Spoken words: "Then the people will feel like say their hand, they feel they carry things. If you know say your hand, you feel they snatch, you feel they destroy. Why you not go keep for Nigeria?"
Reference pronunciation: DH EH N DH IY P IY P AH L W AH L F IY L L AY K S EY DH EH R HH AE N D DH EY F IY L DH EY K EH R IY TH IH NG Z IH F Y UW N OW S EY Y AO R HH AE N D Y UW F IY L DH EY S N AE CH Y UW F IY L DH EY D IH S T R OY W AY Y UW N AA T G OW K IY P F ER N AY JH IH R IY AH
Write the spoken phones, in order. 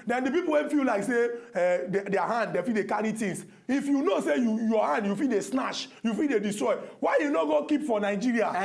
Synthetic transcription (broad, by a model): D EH N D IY P IY P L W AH N F IY L L AY K S EY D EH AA HH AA N D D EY F IY L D EY K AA R IY T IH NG S IH F Y UW N OW S EY Y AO HH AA N D Y UW F IY L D EY S N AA SH Y UW F IY L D EY D IH S T R OY W AY Y UW N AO G OW K IY P F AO N AY JH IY R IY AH